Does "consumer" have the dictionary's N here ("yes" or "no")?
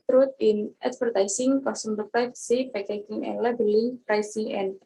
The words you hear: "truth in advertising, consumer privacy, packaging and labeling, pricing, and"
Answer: no